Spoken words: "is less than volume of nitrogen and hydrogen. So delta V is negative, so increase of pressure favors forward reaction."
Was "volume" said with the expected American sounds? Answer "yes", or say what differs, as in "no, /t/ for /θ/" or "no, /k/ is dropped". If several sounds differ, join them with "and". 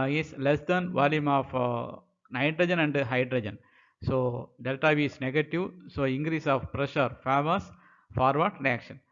yes